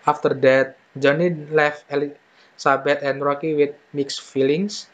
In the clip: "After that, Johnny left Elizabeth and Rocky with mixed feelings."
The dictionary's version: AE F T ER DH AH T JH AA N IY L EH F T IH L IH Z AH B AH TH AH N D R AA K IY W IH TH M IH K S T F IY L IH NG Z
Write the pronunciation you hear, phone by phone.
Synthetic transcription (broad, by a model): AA F T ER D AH T JH AA N IY L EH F IH L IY S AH B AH T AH N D R AA K IY W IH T M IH K S F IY L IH NG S